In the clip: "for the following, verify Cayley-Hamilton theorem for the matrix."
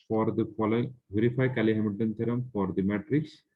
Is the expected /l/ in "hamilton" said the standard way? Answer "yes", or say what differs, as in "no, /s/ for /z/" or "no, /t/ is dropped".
no, /l/ is dropped